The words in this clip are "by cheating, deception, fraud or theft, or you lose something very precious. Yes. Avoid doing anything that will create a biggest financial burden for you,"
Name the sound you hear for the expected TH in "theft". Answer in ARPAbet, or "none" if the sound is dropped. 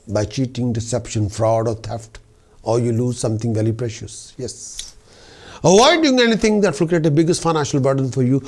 T